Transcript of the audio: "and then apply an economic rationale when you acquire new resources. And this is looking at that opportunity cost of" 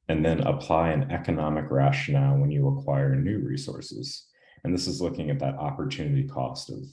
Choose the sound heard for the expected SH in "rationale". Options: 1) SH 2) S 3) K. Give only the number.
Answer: 1